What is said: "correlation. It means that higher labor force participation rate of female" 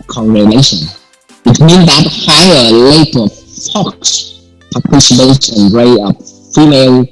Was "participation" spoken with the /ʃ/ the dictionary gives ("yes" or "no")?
no